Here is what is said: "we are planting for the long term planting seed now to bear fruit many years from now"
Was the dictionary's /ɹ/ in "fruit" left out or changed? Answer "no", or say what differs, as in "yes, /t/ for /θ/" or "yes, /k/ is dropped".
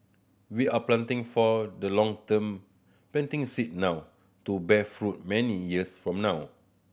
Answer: no